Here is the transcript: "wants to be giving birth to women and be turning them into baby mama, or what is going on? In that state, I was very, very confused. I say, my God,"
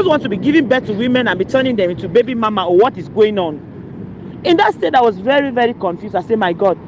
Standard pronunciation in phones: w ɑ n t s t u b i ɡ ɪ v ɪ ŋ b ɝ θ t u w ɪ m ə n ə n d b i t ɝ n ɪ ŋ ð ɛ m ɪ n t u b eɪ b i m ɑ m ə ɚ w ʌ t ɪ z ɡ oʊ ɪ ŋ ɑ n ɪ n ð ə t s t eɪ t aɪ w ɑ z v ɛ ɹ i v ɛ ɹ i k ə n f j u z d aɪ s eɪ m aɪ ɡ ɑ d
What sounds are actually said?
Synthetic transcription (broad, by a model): w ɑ n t t u b i ɡ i v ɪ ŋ b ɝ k t u w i m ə n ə n b i t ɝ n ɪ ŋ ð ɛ m ɪ n t u b eɪ b i m ɑ m ə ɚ w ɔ t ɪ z ɡ oʊ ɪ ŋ ɑ n ɪ n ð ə t s t eɪ t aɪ w ɑ z v ɛ ɹ i v ɛ ɹ i k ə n f j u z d aɪ s eɪ m aɪ ɡ ɑ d